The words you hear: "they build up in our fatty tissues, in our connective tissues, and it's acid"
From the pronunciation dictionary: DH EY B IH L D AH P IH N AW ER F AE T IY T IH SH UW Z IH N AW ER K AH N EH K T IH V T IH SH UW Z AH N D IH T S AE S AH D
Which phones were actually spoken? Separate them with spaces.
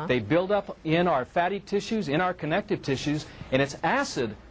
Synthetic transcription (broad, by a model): DH EY B IH L D AH P IH N AW ER F AE T IY T IH SH UW Z IH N AW ER K AH N EH K T IH V T IH SH UW Z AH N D IH T S AE S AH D